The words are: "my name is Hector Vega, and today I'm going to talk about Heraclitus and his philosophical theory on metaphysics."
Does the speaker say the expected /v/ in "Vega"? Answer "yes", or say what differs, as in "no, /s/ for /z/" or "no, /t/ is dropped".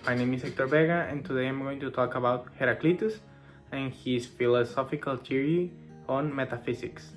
no, /b/ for /v/